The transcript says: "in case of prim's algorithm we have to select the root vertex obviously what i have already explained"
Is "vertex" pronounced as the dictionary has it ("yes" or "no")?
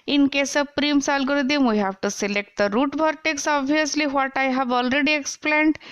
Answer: no